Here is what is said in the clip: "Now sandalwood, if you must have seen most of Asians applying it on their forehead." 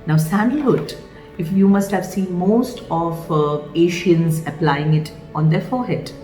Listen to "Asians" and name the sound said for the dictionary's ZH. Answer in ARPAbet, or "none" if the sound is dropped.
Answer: SH